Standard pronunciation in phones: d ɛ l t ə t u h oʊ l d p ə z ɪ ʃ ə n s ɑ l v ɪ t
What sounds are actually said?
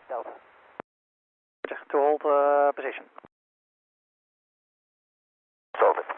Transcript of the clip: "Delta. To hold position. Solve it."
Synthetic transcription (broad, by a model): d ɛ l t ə t u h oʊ l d p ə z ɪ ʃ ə n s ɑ v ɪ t